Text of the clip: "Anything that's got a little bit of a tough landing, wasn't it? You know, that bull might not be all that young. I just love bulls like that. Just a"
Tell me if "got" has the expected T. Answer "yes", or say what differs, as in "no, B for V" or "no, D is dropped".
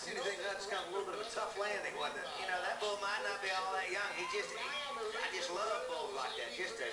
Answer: no, T is dropped